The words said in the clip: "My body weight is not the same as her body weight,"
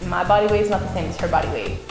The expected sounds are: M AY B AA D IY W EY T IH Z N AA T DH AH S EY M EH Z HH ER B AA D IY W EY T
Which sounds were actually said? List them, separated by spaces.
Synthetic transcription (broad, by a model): M AY B AA D IY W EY IH Z N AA T DH AH S EY M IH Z HH ER B AA D IY W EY